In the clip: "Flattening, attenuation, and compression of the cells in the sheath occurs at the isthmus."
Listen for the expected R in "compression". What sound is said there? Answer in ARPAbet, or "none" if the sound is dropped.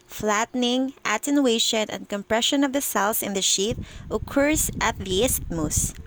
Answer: R